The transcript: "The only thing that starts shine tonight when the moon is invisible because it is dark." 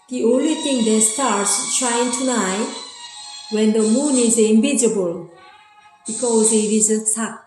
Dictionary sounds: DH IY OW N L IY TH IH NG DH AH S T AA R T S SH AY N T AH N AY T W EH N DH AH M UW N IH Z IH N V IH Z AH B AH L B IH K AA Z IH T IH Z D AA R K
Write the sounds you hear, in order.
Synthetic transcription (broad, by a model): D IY OW N L IY T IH NG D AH S T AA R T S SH AY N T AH N AY W EH N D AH M UW N IH Z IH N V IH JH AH B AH L B IH K AA Z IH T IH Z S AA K